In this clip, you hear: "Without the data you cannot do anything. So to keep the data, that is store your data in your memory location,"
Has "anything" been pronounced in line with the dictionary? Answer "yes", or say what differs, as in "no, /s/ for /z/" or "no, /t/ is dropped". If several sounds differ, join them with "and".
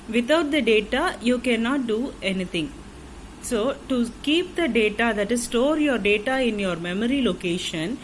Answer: no, /t/ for /θ/